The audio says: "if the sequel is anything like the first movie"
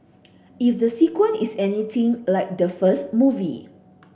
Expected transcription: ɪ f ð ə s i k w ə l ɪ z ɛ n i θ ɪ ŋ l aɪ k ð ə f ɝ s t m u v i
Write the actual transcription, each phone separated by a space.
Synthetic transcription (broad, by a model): ɪ f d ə s i k w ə n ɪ s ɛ n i t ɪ ŋ l aɪ k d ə f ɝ s t m u v i